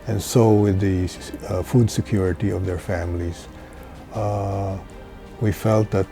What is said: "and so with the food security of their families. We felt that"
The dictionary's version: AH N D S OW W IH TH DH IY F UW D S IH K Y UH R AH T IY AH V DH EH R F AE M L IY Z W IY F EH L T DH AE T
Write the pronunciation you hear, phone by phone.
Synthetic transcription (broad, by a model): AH N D S OW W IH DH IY F UW D S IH K Y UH R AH T IY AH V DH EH R F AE M L IY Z W IY F EH L T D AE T